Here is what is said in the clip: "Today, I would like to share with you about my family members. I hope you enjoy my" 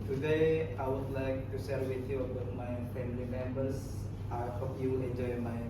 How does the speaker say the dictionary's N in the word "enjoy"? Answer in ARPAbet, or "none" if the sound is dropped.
N